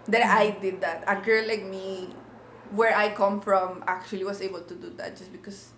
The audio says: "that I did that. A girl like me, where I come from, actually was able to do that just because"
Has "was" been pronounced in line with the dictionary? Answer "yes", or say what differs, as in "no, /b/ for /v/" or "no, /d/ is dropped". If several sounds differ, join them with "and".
no, /s/ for /z/